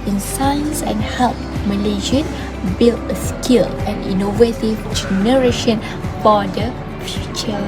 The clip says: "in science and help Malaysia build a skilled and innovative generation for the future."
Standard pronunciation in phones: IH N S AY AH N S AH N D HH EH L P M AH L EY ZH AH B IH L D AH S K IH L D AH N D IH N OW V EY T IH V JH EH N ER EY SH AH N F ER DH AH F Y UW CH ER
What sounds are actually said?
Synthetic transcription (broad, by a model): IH N S AY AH N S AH N HH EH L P M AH L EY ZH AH B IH L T AH S K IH L AH N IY N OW V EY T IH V JH EH N ER EY SH AH N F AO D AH F Y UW CH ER